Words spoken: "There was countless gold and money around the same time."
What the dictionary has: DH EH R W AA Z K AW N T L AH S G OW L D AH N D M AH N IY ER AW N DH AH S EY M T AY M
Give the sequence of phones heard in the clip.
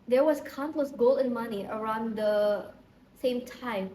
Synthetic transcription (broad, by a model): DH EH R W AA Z K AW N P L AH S G OW L AH N M AH N IY ER AW N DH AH S EY M T AY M